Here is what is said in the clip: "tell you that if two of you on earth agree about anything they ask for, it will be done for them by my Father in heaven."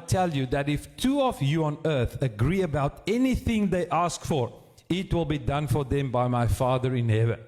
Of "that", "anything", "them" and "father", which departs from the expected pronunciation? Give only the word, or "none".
none